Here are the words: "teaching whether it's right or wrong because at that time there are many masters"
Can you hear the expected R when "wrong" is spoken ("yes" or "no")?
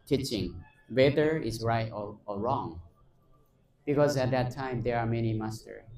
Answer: yes